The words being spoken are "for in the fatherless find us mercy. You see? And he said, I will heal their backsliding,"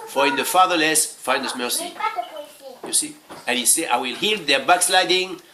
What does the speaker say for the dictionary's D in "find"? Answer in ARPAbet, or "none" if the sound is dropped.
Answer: none